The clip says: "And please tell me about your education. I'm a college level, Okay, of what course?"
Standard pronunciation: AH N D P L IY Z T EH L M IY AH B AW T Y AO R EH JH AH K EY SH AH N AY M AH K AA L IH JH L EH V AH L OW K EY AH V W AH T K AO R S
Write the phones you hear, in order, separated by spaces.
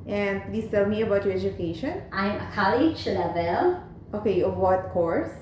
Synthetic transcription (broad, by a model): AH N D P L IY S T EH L M IY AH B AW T Y AO R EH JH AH K EY SH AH N AY M AH K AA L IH SH L EH V AH L OW K EY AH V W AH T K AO R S